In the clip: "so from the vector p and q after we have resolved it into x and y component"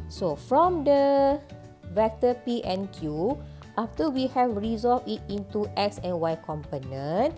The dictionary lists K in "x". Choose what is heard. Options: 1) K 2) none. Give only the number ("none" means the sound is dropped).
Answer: 1